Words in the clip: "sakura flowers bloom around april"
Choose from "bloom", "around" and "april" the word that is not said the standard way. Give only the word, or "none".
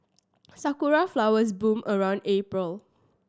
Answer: bloom